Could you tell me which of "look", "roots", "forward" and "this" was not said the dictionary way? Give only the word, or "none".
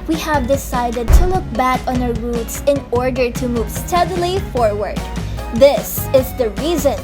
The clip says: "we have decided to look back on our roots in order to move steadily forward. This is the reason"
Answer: none